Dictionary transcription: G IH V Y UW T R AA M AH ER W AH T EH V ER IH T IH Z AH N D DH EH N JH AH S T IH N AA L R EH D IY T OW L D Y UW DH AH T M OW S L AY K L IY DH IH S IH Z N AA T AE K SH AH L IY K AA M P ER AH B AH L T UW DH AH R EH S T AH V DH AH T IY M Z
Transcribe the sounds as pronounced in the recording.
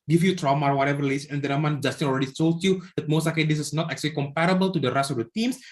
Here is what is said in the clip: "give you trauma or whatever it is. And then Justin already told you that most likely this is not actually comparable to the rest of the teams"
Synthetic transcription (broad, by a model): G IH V Y UW T R AA M AH W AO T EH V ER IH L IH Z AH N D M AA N JH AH S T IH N AA L R EH D IY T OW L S Y UW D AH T M OW S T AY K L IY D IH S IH S N AA T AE K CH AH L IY K AA M P ER AH B AH L T UW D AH R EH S AH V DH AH T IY M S